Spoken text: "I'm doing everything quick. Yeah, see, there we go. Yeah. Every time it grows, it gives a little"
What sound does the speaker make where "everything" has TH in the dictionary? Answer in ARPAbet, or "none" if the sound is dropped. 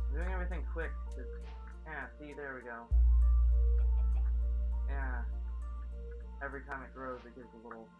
TH